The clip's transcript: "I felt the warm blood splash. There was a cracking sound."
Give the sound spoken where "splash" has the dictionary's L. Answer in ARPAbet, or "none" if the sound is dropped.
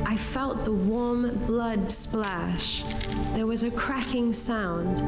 L